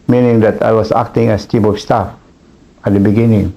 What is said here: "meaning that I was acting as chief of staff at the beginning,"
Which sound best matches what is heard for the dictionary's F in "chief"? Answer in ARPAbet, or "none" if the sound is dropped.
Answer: P